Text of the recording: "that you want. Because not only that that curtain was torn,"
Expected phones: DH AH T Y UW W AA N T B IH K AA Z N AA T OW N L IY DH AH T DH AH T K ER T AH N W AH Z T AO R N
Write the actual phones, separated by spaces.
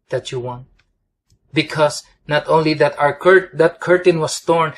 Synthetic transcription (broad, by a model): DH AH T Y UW W AA N T B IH K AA S N AA T OW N L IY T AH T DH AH T K ER T AH N W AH S T AO R N